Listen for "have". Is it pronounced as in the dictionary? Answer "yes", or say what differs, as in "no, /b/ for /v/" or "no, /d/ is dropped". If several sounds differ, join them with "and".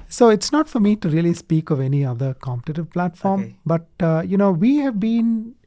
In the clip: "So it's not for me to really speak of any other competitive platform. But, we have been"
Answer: yes